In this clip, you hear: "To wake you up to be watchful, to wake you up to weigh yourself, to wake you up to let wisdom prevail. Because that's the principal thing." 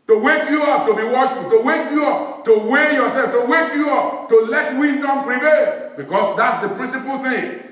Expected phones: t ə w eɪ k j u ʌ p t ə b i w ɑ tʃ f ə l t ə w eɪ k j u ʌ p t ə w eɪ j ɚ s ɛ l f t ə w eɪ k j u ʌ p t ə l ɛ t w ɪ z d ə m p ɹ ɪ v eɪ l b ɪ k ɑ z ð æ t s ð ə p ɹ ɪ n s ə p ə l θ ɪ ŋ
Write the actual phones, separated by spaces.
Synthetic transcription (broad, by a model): t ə w eɪ k j u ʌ p t ə b i w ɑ ʃ f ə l t ə w eɪ k j u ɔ p t ə w eɪ j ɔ s ɛ l f t ə w eɪ k j u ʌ p t ə l ɛ t w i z d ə m p ɹ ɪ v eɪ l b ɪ k ɑ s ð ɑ t s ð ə p ɹ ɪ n s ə p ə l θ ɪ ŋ